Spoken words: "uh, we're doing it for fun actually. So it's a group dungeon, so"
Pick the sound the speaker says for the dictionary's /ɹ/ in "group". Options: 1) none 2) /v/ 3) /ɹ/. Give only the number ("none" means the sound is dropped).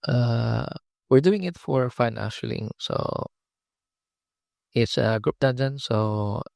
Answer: 3